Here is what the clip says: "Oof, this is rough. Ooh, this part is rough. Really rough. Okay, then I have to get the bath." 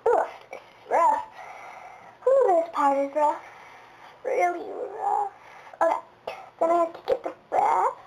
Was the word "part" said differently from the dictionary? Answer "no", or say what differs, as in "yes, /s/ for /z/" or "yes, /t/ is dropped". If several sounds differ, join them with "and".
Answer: no